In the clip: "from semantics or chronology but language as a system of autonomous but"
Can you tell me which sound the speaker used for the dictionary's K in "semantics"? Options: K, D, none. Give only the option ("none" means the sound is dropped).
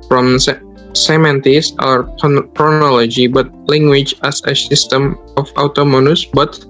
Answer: none